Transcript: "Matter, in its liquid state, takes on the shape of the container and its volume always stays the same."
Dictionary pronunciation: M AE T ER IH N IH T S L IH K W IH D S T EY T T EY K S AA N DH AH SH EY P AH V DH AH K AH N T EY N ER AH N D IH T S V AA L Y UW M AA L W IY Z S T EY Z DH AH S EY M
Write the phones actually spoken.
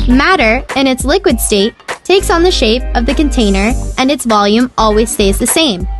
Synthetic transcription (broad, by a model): M AE T ER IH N IH T S L IH K W IH D S T EY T T EY K S N DH AH SH EY P AH V DH AH K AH N T EY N ER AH N IH T S V AA L Y UW M AA L W IY Z S T EY Z DH AH S EY M